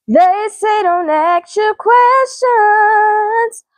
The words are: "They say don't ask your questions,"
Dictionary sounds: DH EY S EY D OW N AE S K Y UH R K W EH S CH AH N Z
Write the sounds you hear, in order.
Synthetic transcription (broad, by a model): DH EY S EY D OW N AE K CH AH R K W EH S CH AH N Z